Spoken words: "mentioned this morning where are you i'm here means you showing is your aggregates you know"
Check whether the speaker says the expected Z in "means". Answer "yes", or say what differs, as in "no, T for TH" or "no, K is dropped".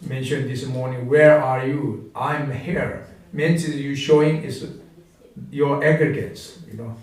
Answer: no, S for Z